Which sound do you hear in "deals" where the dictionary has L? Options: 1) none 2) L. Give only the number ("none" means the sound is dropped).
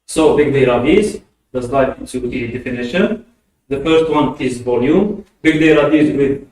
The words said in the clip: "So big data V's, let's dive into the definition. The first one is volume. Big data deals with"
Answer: 1